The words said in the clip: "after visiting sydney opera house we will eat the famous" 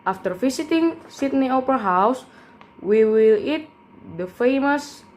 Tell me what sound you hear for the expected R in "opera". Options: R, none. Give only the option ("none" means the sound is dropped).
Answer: none